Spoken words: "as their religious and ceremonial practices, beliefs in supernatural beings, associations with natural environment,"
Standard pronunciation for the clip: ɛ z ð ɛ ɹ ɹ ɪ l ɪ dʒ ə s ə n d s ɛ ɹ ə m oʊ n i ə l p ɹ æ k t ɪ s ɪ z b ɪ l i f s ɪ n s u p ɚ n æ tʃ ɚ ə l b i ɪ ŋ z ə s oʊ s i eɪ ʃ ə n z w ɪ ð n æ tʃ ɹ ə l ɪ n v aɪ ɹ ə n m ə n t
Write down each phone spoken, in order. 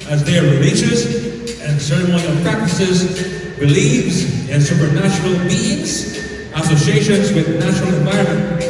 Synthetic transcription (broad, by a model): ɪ z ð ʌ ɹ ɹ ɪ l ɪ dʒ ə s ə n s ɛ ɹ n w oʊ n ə p ɹ æ k t ɪ s ɪ z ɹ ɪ l i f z ɪ n s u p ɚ n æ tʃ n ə l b i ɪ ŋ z ə s oʊ s i eɪ ʃ ə n z w ɪ ð n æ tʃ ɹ l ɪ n v aɪ ɹ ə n m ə n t